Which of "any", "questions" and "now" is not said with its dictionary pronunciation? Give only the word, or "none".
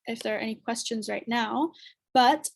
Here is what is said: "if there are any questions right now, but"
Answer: none